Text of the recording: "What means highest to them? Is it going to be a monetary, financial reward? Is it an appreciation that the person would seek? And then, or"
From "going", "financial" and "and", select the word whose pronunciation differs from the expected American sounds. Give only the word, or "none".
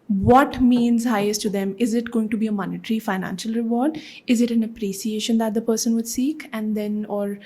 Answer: none